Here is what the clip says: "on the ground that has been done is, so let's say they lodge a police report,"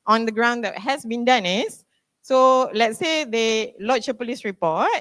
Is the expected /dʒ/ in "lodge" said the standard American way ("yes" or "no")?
no